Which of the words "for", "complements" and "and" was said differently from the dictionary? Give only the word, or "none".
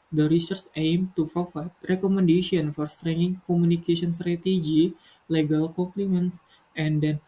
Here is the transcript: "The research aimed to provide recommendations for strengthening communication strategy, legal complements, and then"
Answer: complements